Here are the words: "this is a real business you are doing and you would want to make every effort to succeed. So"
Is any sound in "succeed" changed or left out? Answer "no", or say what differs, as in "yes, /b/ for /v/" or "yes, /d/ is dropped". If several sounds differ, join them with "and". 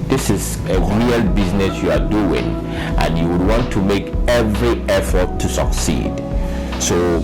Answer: no